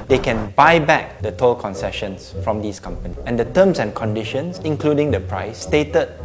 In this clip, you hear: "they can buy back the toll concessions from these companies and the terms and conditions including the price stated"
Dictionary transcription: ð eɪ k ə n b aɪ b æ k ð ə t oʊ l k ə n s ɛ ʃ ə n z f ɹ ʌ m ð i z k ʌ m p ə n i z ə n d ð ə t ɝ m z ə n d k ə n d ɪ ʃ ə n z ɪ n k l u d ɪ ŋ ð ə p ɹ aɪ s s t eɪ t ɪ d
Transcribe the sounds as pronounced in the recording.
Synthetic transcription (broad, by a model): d eɪ k ə n b aɪ b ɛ k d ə t oʊ l k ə n s ɛ ʃ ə n s f ɹ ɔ m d i s k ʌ m p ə n i ə n d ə t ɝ m s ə n k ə n d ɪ ʃ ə n s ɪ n k l u d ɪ ŋ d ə p ɹ aɪ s s t eɪ t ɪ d